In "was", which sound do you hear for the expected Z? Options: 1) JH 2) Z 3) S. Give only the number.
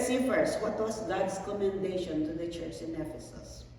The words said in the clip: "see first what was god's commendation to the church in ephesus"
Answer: 3